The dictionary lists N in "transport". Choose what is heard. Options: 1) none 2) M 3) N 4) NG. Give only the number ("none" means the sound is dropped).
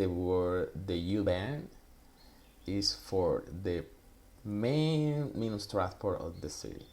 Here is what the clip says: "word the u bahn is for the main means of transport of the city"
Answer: 1